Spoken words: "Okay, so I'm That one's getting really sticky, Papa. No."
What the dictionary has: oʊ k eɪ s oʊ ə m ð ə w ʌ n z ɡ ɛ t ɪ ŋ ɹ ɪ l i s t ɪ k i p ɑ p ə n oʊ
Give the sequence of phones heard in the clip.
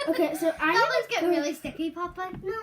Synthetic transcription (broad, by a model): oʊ k eɪ s oʊ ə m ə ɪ z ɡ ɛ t ɹ ɪ l i s t ɪ k i p ɑ p ə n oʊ